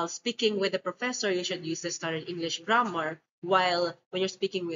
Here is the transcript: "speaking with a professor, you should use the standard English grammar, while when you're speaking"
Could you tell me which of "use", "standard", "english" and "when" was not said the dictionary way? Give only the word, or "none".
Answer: standard